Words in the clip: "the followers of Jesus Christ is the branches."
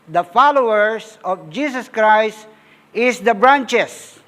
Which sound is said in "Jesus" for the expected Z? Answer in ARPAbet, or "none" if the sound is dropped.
S